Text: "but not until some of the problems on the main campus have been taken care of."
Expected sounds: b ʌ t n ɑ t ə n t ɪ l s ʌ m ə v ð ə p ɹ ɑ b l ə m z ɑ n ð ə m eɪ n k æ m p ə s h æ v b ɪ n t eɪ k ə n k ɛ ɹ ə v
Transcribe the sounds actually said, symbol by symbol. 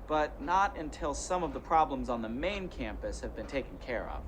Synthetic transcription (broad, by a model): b ʌ t n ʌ t ə n t ɪ l s ʌ m ə v ð ə p ɹ ɑ b l ə m z n ð ə m eɪ n k æ m p ə s h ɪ v b ɪ n t eɪ k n k ɛ ɹ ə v